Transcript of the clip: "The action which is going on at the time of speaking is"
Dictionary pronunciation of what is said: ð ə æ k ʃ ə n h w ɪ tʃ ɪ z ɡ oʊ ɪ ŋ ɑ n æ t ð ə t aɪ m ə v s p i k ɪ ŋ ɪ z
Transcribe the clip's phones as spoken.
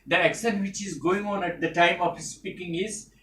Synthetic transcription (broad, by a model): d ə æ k s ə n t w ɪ tʃ ɪ z ɡ oʊ ɪ ŋ ɑ n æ t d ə t aɪ m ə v s p i k ɪ ŋ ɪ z